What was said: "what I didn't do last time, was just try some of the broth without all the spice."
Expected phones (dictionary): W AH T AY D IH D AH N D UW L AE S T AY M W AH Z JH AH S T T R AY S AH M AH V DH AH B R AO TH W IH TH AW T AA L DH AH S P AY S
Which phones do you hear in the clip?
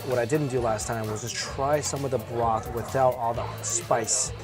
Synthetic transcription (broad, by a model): W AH T AY D IH D N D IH L AE S T AY M W AH Z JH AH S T T R AY S AH M AH V DH AH B L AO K W IH TH AW T AA L DH AH S P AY S